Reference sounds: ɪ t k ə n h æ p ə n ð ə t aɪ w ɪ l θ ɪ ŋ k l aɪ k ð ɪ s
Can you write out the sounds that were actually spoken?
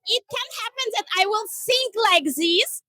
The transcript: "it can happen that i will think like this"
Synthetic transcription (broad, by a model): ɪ t k ə n h æ p ə n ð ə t aɪ w ɪ l s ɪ ŋ k l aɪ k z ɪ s